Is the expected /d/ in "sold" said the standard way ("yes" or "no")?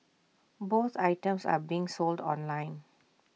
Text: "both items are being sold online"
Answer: yes